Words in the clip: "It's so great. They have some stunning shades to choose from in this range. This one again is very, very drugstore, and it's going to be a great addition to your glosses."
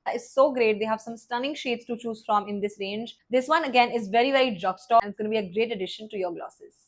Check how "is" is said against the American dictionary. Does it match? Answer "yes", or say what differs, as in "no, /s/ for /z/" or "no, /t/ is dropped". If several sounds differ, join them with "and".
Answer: yes